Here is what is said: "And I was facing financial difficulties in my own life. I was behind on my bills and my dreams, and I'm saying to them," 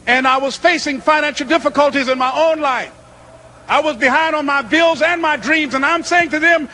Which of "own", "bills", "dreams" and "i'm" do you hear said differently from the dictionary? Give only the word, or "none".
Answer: none